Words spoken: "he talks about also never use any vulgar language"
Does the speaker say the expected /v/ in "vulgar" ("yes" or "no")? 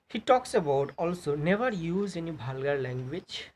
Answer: no